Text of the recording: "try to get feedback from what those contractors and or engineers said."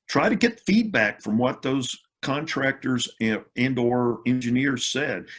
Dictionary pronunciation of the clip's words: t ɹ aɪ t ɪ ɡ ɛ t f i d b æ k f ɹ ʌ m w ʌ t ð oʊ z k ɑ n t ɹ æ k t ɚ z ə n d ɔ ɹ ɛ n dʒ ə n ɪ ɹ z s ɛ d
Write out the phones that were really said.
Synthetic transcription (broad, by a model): t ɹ aɪ t ɪ ɡ ɛ t f i d b æ k f ɹ ʌ m w ʌ t ð oʊ z k ɑ n t ɹ æ k t ɚ z ə n d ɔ ɹ ɛ n dʒ ə n ɪ ɹ z s ɛ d